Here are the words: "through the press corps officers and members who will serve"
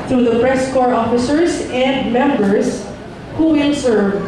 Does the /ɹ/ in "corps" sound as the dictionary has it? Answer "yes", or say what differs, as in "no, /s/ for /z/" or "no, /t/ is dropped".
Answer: yes